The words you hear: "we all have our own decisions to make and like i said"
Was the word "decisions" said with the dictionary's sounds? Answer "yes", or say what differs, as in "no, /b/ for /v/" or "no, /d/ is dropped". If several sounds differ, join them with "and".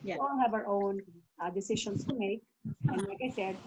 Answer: no, /ʃ/ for /ʒ/ and /s/ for /z/